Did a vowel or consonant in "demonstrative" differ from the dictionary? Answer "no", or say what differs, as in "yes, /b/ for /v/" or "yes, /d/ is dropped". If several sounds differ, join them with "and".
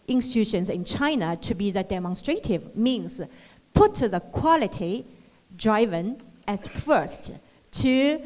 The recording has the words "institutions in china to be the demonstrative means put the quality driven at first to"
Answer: no